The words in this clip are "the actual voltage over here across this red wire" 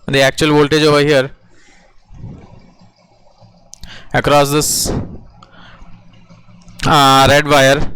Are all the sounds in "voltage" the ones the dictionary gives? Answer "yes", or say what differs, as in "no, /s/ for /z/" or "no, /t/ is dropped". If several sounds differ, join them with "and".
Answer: yes